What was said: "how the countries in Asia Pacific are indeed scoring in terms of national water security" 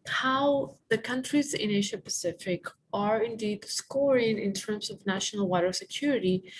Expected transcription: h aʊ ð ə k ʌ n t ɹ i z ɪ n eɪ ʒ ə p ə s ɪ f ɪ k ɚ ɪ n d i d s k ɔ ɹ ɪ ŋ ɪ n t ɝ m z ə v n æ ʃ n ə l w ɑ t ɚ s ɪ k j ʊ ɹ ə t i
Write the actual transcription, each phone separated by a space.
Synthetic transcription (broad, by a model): h aʊ ð ə k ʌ n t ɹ i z ɪ n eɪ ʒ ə p ə s ɪ f ɪ k ɚ ɪ n d i d s k ɔ ɹ ɪ ŋ ɪ n t ɝ m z ə v n æ ʃ n ə l w ɑ t ɚ s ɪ k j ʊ ɹ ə t i